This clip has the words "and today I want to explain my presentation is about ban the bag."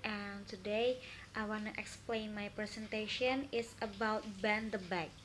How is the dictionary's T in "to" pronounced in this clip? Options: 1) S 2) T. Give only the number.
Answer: 2